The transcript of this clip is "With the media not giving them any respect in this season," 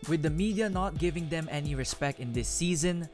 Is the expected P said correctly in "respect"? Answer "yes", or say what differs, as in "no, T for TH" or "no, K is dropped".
yes